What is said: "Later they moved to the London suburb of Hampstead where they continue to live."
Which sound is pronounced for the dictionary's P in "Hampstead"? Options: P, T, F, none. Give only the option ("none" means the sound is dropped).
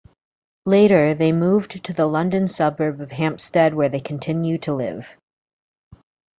P